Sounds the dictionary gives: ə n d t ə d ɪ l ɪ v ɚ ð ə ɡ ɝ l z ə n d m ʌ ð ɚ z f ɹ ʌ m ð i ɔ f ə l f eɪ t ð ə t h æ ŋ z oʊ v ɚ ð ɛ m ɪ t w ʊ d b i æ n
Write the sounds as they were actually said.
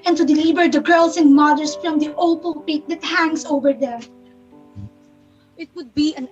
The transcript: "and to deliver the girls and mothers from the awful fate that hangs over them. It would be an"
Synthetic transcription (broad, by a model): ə n t ə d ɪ l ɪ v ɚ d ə ɡ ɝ l s ə n d m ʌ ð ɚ s f ɹ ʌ m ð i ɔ p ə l p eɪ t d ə t h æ ŋ s oʊ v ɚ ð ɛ m ɪ t w ʊ d b i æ n